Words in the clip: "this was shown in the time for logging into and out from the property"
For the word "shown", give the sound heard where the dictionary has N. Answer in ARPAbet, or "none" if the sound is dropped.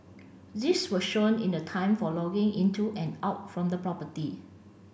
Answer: N